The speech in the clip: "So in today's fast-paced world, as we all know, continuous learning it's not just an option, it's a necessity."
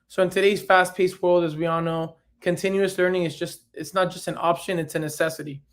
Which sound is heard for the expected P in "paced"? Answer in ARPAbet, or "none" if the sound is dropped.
P